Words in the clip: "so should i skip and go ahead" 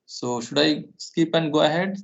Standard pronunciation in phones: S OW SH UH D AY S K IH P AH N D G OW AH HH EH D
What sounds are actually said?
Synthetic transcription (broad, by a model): S OW SH UH D AY S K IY P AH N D G OW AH HH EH D